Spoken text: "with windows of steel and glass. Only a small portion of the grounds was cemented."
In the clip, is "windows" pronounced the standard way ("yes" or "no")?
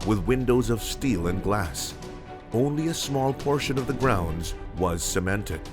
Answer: yes